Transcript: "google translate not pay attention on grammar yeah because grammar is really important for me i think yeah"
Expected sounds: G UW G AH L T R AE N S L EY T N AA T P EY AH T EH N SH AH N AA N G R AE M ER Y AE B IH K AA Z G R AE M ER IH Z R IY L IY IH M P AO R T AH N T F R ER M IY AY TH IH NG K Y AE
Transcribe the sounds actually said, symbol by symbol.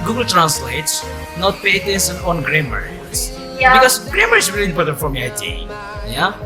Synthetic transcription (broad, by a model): G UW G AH L T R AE N S L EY T N AA T P EY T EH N S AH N AA N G R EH M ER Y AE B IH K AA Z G R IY M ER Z R IY L IY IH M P AO R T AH N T F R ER M IY AY T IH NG Y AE